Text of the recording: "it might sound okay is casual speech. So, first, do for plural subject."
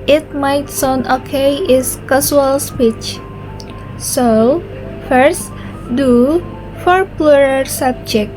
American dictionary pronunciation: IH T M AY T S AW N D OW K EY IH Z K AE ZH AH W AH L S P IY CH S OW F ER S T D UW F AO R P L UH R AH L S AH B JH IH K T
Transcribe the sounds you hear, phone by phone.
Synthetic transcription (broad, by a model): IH T M AY T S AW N OW K EY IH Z K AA S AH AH L S P IY CH S OW F ER S T D UW F AO R P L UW R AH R S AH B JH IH K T